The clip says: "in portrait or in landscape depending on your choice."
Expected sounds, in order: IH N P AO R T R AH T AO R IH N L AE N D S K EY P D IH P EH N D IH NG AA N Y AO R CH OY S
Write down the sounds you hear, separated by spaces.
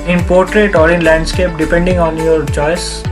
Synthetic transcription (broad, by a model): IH N P AO R T R AH T AO R IH N L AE N D S K EY P D IH P EH N D IH NG AA N Y AO R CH OY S